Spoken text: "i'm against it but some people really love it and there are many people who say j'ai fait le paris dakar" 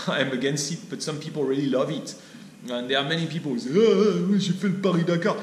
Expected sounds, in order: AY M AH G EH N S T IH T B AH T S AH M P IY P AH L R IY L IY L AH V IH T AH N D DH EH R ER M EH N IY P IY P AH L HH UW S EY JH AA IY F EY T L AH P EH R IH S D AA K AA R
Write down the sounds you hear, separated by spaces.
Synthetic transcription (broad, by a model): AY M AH G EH N S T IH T B AH T S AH M P IY P AH L R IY L IY L AH V IH T AH N D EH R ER M EH N IY P IY P AH L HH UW S EY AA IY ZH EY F L AH P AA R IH D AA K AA